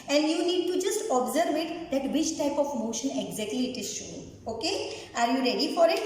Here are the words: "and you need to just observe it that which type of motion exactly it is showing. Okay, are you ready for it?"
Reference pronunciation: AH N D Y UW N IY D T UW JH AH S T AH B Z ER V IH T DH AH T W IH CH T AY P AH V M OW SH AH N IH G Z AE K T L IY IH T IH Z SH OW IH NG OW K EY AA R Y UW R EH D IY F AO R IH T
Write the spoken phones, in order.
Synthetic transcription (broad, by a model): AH N D Y UW N IY D T UW JH AH S T AH B Z ER V IH T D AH T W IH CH T AY P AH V M OW SH AH N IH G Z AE K T L IY IH T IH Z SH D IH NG OW K EY AA R Y UW R EH D IY F AO R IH T